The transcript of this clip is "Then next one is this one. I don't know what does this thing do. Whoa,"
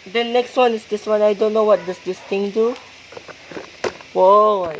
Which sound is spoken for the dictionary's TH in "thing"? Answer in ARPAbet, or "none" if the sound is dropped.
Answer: T